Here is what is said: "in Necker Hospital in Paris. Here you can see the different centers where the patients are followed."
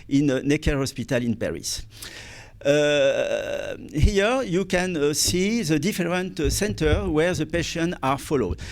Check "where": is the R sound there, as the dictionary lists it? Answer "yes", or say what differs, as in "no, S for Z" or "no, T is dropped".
yes